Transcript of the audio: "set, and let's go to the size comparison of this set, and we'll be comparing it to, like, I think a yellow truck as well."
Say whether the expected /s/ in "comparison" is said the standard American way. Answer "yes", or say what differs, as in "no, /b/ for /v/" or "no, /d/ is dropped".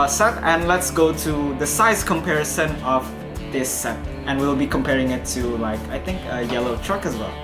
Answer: yes